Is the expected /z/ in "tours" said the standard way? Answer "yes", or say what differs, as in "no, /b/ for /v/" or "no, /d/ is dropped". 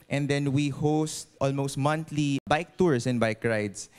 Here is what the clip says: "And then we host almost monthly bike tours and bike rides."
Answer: no, /s/ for /z/